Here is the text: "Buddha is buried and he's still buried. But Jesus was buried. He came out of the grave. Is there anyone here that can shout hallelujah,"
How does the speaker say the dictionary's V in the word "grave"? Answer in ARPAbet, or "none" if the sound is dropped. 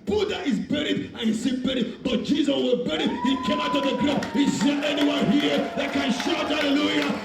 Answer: none